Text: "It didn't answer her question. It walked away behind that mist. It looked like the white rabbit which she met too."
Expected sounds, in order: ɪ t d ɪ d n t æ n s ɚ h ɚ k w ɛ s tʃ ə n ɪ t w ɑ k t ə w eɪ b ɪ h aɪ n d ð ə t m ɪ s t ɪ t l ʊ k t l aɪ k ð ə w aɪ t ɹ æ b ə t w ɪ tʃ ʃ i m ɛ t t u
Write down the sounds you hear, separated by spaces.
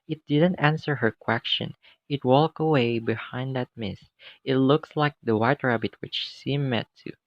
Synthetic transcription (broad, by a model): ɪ t d ɪ d n t æ n s ɚ h ɚ k w ɛ s tʃ ə n ɪ t w ɑ k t ə w eɪ b ɪ h aɪ n d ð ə t m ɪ s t ɪ t l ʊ k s l aɪ k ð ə w aɪ t ɹ æ b ə t w ɪ tʃ s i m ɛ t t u